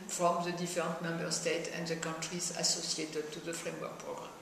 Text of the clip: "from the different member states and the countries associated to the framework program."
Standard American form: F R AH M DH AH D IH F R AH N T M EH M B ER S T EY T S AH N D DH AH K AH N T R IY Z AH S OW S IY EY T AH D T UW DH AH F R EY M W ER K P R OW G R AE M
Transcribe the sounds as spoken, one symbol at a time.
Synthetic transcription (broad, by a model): F R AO M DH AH D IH F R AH N T M EH M B ER S T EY T AH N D DH AH K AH N T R IY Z AH S OW S IY EY T AH D T UW DH AH F R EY M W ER K P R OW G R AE M